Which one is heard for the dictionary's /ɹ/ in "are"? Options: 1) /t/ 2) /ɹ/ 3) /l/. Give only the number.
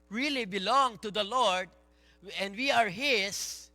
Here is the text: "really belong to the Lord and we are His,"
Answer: 2